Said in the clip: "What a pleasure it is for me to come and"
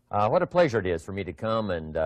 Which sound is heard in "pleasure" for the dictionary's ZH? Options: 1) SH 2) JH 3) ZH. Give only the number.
3